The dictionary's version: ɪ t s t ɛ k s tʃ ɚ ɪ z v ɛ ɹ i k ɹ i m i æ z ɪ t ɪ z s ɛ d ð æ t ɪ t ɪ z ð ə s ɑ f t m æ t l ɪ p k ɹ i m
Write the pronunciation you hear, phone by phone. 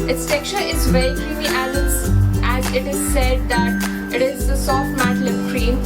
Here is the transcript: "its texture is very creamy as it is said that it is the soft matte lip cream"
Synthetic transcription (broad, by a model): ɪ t s t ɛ k tʃ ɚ ɪ z v ɛ ɹ i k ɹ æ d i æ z ɪ t ɪ z s ɛ d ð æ t ɪ t ɪ z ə s ɑ f t m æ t l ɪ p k ɹ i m